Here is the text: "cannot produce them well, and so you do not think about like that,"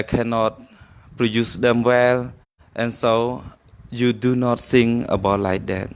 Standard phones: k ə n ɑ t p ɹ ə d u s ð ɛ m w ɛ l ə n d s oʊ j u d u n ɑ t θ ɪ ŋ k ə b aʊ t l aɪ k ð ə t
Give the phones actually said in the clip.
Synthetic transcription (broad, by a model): k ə n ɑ t p ɹ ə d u s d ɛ m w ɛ l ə n s oʊ j u d u n ɑ t s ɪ ŋ ə b aʊ t l aɪ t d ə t